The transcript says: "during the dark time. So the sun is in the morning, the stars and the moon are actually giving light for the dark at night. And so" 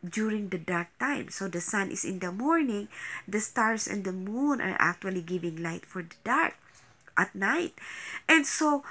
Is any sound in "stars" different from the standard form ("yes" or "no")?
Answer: yes